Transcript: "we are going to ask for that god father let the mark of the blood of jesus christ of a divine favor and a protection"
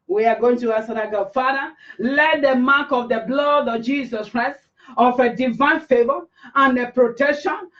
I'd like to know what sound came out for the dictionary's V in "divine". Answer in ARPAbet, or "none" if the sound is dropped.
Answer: V